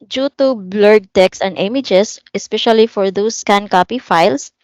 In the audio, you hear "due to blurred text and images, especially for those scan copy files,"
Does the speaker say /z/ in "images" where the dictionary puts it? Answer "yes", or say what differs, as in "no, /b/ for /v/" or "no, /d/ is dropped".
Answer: no, /s/ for /z/